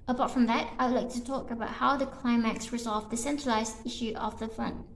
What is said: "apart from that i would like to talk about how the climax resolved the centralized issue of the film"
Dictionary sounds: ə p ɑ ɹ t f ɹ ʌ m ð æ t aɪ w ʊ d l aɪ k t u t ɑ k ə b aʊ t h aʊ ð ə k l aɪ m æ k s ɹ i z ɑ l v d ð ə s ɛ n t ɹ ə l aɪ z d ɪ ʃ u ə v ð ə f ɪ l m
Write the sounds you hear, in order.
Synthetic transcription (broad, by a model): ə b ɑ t f ɹ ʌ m ð æ t aɪ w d l aɪ k t u t ɑ k ə b aʊ t h aʊ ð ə k l aɪ m æ k s ɹ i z ɑ l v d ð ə s ɛ n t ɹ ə l aɪ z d ɪ ʃ u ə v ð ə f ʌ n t